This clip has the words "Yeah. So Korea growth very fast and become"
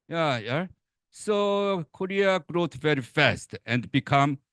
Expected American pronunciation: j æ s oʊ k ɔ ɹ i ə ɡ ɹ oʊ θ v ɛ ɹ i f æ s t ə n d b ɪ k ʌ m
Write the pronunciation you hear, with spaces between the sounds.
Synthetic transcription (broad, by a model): j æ s oʊ k ɔ ɹ i ə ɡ ɹ oʊ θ v ɛ ɹ i f æ s t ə n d b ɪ k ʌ m